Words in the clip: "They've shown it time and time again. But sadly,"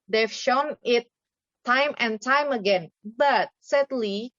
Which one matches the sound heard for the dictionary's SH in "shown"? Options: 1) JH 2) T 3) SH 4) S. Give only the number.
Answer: 3